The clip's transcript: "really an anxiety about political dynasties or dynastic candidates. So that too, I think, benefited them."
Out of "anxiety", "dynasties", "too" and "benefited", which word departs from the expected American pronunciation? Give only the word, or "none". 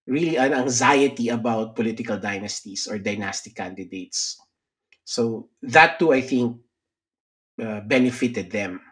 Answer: dynasties